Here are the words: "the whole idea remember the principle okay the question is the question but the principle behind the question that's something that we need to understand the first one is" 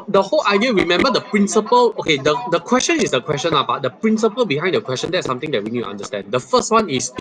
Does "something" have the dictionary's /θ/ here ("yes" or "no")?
no